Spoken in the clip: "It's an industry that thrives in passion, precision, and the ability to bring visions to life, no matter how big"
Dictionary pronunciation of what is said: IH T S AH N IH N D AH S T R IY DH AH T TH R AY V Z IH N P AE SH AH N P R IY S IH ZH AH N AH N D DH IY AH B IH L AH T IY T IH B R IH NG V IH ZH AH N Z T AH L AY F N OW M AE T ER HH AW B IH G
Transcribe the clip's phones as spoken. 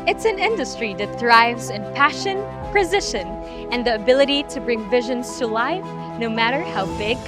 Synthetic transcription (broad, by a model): IH T S AH N IH N D AH S T R IY DH AH T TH R AY V Z IH N P AE SH AH N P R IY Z IH SH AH N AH N DH IY AH B IH L AH T IY T IH B R IH NG V IH ZH AH N Z T AH L AY F N OW M AE T ER HH AW B IH G